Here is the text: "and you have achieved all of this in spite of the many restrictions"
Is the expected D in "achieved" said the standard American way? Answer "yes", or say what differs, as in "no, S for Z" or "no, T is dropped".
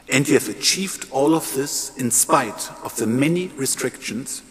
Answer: yes